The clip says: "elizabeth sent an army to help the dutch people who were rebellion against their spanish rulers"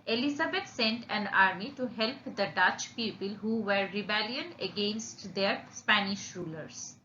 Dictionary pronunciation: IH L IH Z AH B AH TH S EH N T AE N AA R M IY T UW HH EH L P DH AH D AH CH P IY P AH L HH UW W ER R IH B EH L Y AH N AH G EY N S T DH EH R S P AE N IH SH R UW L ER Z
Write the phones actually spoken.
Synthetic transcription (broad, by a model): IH L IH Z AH B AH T S EH N T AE N AA R M IY T UW HH EH L P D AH D AH CH P IY P AH L HH UW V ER R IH B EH L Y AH N AH G EY N S T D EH R S P AE N IH SH R UW L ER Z